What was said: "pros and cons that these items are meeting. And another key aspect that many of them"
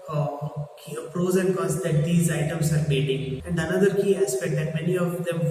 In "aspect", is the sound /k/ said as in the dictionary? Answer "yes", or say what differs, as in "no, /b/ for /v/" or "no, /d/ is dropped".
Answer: no, /k/ is dropped